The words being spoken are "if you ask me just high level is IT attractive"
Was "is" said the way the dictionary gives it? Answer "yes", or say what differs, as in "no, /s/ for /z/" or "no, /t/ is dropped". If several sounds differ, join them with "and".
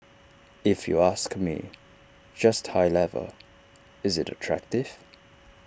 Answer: yes